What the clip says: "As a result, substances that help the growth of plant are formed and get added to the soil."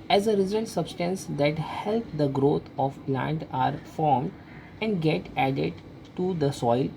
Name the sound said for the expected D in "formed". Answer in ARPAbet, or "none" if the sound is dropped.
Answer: D